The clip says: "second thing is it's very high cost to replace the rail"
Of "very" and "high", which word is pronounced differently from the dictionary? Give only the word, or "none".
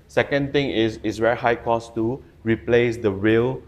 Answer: very